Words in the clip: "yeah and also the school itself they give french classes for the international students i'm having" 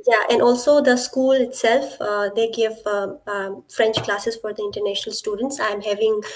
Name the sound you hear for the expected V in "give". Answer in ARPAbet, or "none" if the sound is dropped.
V